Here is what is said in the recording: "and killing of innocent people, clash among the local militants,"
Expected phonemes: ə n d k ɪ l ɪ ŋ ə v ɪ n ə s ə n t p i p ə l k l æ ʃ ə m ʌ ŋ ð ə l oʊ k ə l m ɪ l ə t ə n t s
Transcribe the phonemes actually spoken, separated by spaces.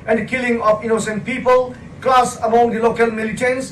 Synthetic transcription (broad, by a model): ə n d k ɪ l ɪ ŋ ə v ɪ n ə s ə n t p i p ə l k l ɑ s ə m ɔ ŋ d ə l oʊ k ə l m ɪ l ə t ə n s